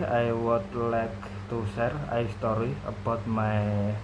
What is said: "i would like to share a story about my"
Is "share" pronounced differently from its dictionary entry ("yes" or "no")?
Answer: yes